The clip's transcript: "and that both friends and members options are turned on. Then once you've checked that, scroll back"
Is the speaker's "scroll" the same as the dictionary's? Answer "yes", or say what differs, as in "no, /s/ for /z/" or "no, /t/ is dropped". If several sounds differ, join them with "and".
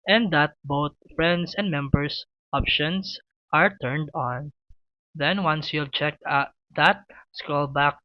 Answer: no, /ɹ/ is dropped